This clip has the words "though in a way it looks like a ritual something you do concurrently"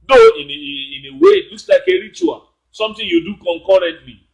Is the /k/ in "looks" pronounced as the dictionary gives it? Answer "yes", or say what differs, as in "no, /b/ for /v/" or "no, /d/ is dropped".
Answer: no, /k/ is dropped